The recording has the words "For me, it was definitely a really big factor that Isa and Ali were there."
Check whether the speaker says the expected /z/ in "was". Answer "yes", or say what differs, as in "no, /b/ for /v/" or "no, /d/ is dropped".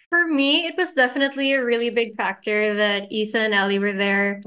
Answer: yes